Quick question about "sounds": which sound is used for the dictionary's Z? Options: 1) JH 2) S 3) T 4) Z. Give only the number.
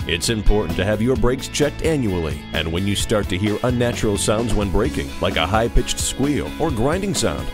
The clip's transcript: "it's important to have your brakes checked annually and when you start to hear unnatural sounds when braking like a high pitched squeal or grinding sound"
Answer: 4